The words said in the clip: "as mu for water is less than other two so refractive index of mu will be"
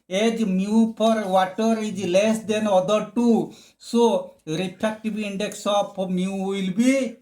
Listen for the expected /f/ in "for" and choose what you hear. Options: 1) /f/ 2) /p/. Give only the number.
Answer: 2